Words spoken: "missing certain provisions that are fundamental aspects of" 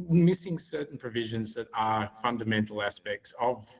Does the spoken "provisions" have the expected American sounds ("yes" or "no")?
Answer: yes